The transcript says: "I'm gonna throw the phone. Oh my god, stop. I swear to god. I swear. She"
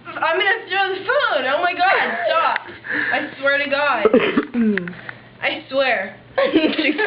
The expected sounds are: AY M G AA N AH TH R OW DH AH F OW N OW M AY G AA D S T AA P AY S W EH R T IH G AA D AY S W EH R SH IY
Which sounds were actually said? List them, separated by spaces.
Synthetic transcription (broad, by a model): AY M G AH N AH T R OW DH AH F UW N OW M AY G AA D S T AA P AY S W EH R T IH G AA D AY S W EH R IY